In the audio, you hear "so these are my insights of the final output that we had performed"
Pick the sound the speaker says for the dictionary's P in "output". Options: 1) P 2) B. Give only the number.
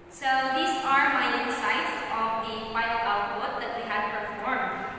2